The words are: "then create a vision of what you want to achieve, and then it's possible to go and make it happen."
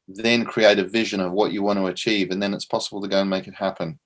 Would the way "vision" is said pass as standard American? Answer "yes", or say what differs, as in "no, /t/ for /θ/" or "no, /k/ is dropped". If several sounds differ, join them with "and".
yes